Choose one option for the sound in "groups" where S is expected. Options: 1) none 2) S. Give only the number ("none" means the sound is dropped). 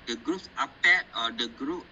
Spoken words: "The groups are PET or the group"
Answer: 1